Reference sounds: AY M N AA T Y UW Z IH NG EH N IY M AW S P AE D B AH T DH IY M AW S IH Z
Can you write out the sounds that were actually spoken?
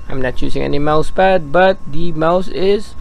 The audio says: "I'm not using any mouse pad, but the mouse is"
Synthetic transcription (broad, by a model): AY M N AA T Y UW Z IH NG EH N IY M AW S B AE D B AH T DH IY M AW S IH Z